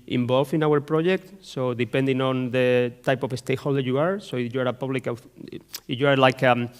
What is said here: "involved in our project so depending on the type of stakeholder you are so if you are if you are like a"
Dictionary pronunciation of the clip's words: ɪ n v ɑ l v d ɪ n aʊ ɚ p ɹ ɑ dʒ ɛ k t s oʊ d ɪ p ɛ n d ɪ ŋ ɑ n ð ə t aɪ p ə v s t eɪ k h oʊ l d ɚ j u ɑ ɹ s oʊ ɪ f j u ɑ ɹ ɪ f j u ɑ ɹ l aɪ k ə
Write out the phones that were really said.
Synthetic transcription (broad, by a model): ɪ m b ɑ l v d ɪ n aʊ ɚ p ɹ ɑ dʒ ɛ k t s oʊ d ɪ p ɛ n d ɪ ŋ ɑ n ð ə t aɪ p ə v s t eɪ h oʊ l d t j u ɑ ɹ s oʊ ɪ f j u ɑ ɹ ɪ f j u ɑ ɹ l aɪ k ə